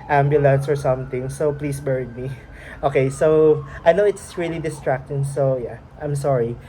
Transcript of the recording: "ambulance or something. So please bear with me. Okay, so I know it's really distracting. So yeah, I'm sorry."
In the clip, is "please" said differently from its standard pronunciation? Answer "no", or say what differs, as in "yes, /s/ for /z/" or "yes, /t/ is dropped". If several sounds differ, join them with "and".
yes, /s/ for /z/